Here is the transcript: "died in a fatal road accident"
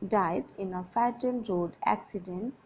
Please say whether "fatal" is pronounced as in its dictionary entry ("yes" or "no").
no